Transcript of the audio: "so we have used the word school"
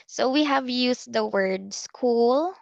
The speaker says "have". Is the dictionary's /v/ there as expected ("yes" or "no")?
yes